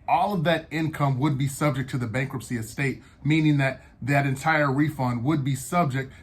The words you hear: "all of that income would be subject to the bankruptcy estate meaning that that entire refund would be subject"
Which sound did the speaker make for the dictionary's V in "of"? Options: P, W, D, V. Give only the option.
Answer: V